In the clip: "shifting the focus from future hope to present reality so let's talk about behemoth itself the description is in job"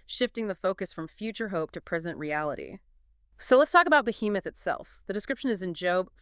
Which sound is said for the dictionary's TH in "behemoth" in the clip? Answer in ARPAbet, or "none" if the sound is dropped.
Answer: TH